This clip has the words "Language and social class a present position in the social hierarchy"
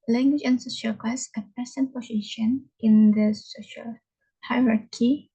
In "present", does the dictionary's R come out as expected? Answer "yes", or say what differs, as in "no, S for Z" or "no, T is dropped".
no, R is dropped